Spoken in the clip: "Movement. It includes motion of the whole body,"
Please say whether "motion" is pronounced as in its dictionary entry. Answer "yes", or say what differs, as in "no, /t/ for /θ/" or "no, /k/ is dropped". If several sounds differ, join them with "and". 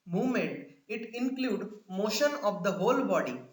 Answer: yes